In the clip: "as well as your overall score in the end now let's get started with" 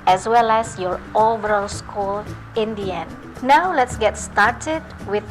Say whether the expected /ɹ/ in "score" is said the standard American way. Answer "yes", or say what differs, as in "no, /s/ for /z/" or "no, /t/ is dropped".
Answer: no, /l/ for /ɹ/